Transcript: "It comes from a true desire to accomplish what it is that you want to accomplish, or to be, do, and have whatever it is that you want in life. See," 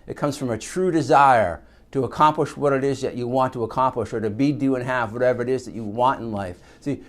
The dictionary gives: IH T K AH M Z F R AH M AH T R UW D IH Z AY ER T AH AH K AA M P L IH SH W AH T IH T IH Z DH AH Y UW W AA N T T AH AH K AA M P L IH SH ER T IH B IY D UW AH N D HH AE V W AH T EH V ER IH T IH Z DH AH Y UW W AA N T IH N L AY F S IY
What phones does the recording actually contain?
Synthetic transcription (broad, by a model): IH T K AH M Z F R AH M AH T R UW D IH Z AY ER T AH AH K AA M P L IH SH W AH T IH T IH Z DH AH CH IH W AA N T T AH AH K AA M P L IH SH ER T IH B IY D UW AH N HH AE V W AH T EH V ER IH T IH Z DH AH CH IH W AA N T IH N L AY F S IY